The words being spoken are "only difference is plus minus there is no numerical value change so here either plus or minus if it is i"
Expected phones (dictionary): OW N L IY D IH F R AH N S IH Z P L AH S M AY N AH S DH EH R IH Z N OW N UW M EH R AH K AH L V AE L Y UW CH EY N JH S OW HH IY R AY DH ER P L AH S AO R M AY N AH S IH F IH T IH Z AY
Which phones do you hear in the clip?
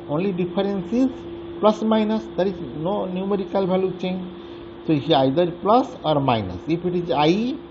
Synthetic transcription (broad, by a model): OW N L IY D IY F R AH N S IH Z P L AH S M AY N AH S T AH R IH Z N OW N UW M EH R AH K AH L B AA L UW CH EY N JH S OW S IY AY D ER P L AH S AO R M AY N AH S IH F IH T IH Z AY